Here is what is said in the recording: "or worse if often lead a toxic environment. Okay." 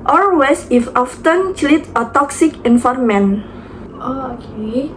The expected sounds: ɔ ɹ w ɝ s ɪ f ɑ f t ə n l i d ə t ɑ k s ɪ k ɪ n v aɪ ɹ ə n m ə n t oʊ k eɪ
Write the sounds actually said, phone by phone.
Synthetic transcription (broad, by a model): ɔ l w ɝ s ɪ f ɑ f t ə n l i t ə t ɑ k s ɪ k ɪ n f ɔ ɹ m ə n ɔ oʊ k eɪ